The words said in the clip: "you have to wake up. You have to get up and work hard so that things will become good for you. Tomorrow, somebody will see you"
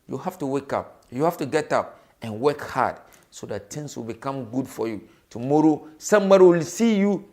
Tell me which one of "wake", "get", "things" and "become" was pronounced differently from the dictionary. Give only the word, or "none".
things